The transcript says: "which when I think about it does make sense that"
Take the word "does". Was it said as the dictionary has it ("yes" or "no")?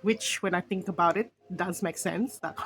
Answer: yes